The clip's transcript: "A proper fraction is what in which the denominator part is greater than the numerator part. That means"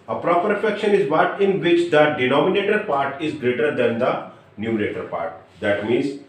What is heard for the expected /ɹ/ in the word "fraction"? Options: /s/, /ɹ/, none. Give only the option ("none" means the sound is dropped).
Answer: none